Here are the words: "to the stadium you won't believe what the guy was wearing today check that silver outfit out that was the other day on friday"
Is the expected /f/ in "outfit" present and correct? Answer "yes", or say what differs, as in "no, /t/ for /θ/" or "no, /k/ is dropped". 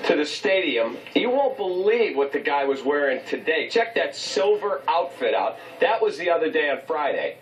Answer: yes